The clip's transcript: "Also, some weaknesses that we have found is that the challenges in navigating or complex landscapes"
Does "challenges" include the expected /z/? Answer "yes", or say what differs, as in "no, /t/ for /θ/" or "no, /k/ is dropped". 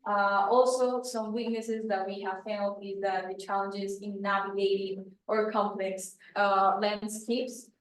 yes